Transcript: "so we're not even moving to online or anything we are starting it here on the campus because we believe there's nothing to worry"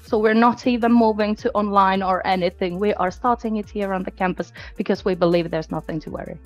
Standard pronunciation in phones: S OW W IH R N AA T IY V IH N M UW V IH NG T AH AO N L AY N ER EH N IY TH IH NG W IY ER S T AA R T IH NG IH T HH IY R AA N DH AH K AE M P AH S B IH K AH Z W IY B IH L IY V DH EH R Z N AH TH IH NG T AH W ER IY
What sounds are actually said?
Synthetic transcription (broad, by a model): S OW W IH R N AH T IY V IH N M UW V IH NG T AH AO N L AY N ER EH N IY TH IH NG W IY ER S T AA R T IH NG IH T HH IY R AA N DH AH K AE M P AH S B IH K AH Z W IY B IH L IY V DH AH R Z N AH TH IH NG T AH W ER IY